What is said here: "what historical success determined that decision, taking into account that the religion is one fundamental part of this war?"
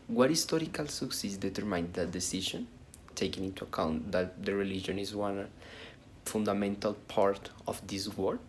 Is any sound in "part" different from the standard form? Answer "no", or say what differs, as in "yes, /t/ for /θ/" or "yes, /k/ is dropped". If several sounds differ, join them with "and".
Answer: no